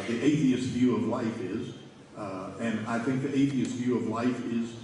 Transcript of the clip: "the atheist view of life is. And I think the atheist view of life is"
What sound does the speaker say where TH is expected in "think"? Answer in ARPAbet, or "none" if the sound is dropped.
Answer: TH